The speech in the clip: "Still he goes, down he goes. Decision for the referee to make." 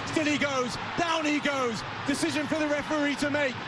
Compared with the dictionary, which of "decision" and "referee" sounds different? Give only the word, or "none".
none